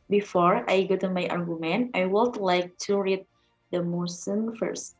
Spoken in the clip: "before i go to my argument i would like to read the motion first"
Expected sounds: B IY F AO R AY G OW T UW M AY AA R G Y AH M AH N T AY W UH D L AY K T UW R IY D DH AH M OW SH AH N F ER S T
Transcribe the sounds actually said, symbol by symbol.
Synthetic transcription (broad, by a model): B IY F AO R AY G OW T UW M AY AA R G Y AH M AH N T AY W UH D L AY K T UW R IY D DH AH M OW S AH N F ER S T